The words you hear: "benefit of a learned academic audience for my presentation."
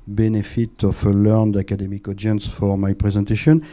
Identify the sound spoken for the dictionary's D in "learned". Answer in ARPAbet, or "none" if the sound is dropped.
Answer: D